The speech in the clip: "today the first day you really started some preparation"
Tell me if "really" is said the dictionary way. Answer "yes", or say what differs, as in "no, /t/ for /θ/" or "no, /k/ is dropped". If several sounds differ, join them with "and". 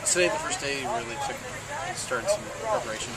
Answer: no, /l/ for /ɹ/